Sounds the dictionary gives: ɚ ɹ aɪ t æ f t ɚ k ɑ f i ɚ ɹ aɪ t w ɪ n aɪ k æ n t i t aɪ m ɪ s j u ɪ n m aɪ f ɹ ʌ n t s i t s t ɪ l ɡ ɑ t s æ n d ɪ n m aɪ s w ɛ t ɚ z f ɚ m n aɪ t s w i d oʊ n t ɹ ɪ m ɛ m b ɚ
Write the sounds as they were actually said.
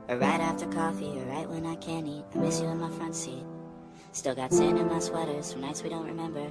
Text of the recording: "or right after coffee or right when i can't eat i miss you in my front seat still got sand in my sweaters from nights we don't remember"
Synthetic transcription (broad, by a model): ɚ ɹ aɪ t æ f t ɚ k ɑ f i ɚ ɹ aɪ t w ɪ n aɪ k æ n i t aɪ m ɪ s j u ɪ n m aɪ f ɹ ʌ n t s i t s t ɪ l ɡ ɑ t s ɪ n ɪ n m aɪ s w ɛ t ɚ z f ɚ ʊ n aɪ t s w i d oʊ n t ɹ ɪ m ɛ m b ɚ